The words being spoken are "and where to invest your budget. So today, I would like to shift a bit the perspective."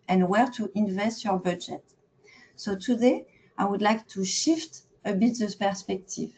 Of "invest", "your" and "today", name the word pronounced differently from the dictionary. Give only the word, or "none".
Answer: none